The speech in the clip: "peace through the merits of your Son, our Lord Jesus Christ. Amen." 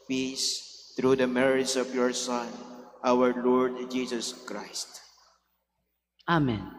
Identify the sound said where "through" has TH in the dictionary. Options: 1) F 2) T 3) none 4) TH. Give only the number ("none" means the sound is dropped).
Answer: 2